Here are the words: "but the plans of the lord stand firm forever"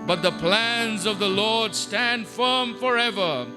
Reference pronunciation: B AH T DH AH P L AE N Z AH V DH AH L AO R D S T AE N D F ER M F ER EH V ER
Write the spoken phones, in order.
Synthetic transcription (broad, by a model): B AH T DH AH P L AE N Z AH V DH AH L AO R D S T AE N D F ER M F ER EH V ER